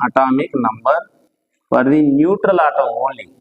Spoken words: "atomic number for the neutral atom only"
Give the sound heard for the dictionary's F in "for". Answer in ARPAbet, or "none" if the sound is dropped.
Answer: P